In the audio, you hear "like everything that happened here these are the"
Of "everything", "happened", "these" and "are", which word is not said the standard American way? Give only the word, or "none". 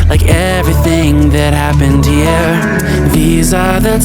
none